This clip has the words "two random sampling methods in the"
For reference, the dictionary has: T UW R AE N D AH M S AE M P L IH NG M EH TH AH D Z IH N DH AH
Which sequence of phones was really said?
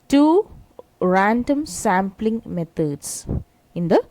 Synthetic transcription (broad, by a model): T UW R AE N D AH M S AE M P L IH NG M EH T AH D S IH N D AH